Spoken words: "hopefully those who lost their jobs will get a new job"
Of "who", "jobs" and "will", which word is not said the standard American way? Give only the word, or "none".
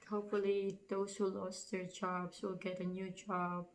jobs